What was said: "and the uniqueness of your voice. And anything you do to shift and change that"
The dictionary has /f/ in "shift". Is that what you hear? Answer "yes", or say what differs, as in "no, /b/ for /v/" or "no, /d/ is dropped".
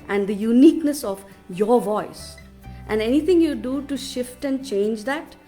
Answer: yes